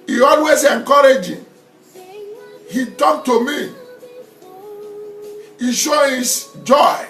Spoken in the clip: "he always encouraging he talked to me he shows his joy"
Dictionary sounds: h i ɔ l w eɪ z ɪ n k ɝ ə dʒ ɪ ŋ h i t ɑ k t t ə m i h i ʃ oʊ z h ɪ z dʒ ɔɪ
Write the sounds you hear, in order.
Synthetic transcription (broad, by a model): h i ɔ l w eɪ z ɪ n k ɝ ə dʒ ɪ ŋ h i t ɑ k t t ə m i h i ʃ oʊ h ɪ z dʒ ɔɪ